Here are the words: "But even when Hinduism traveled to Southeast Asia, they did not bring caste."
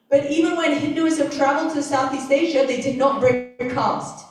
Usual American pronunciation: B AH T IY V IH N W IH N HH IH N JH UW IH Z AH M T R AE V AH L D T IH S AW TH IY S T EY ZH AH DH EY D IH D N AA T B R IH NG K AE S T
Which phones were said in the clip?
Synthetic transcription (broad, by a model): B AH T IY V IH N W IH N HH IH N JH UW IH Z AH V T R AE V AH L D T IH S AW TH IY S T EY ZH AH DH EY D IH D N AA T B R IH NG K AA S T